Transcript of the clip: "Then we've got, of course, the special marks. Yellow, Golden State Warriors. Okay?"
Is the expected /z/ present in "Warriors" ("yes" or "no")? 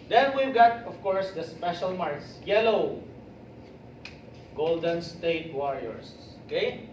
no